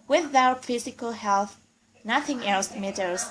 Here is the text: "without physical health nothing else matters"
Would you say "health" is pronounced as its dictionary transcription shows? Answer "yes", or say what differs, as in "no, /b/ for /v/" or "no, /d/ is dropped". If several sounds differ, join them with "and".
yes